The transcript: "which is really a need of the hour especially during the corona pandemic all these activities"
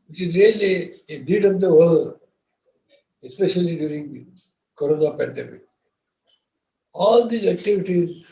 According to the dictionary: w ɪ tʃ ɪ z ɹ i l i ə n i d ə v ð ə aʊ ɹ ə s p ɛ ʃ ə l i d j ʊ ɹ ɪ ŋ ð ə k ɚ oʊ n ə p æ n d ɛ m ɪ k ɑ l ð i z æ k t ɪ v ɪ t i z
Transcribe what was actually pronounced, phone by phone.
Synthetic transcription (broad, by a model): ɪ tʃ ɪ z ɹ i l i ə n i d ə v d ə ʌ l ə s p ɛ ʃ ə l i d j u ɹ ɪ ŋ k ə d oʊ n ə p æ n d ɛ m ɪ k ɑ l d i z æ k t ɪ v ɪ t i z